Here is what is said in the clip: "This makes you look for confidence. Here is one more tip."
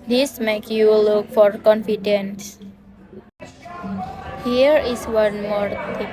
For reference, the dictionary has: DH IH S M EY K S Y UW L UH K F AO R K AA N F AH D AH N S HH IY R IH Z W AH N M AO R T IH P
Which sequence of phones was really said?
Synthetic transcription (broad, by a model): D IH S M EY K Y UW L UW K F AO R K AA N F AH D AH N S HH IY R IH S W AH N M AO R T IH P